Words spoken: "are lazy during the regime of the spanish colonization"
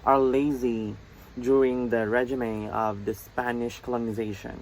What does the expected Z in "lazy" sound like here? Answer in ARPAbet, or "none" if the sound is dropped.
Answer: Z